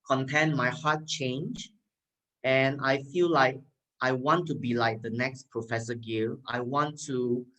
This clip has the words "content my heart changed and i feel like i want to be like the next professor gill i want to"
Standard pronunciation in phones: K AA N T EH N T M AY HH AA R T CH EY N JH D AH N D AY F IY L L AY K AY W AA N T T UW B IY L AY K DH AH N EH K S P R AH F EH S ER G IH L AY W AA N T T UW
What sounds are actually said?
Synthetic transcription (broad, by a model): K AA N T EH N M AY HH AA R T CH EY N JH AH N AY F IY L L AY K AY W AA N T T UW B IY L AY K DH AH N EH K S P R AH F EH S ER G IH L AY W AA N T T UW